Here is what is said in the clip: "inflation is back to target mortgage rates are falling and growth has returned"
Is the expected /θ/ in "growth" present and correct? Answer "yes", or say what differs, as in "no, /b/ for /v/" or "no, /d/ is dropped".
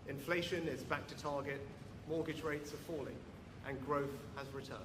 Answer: yes